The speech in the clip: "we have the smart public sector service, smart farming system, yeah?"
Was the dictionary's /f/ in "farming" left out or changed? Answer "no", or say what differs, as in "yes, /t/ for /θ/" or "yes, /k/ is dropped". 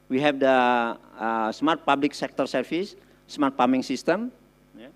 yes, /p/ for /f/